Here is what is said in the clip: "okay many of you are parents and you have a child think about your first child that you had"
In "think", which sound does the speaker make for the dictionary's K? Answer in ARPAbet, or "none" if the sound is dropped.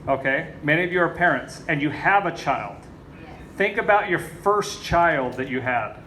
K